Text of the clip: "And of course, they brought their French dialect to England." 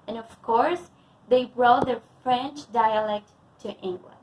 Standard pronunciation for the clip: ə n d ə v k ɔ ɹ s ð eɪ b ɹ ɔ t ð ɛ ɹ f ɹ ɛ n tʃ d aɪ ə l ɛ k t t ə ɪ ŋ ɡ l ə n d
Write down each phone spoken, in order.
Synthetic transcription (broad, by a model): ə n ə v k ɔ ɹ s ð eɪ b ɹ ɔ t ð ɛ ɹ f ɹ ɛ n tʃ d aɪ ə l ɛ k t t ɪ ŋ ɡ l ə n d